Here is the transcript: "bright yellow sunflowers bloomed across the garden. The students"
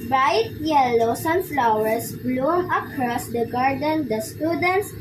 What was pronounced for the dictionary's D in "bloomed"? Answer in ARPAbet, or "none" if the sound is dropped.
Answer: none